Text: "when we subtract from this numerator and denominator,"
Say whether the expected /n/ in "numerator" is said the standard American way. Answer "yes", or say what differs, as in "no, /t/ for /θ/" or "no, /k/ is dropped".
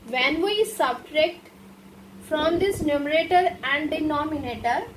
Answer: yes